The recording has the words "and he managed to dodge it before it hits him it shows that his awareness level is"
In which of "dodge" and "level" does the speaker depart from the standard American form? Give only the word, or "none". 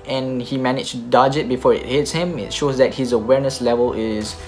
none